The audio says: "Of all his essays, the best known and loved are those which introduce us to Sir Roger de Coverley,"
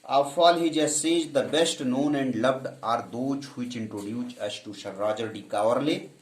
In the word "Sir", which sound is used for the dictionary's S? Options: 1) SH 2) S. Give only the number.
1